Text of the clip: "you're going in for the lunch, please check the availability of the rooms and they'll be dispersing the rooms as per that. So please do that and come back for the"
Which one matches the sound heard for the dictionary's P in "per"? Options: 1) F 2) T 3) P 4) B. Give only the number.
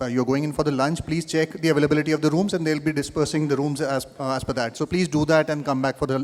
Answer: 1